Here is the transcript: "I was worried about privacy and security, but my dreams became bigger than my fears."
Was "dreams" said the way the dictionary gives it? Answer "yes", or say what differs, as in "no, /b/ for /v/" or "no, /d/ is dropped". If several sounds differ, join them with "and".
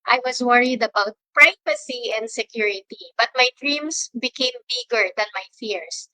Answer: no, /s/ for /z/